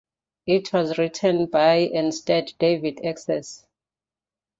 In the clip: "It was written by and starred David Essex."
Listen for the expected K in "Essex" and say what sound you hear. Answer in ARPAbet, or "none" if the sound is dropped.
none